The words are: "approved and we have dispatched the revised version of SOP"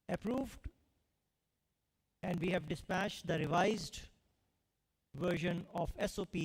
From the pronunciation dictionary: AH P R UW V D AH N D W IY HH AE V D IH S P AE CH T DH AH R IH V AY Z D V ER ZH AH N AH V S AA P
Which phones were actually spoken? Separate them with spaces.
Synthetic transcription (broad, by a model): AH P R UW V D AH N D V IY HH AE V D IH S P AE CH T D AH R IH V AY Z D V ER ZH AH N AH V S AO P